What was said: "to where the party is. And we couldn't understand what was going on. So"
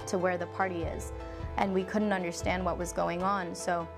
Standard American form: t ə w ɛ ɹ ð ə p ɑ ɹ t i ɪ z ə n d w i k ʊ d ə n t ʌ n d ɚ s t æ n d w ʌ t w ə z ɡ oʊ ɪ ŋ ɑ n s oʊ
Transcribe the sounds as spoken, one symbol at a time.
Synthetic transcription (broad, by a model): t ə w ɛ ɹ ð ə p ɑ ɹ t i ɪ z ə n w i k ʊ d n t ʌ n d ɚ s t æ n d w ʌ t w ə z ɡ oʊ ɪ ŋ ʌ n s oʊ